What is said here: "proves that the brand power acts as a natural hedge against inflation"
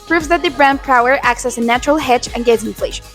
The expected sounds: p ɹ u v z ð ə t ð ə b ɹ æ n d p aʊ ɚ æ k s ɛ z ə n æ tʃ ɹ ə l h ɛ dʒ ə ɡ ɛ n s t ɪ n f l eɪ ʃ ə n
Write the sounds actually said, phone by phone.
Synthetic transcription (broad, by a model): p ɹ u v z ð ə t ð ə b ɹ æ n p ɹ aʊ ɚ æ k s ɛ s ə n æ tʃ ɹ ə l h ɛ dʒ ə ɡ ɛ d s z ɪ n f l eɪ ʃ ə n